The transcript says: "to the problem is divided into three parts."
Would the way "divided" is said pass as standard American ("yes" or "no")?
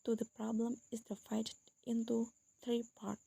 no